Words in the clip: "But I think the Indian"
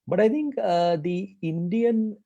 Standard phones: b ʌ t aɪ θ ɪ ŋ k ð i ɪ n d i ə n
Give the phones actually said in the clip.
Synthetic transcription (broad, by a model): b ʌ t aɪ t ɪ ŋ k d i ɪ n d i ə n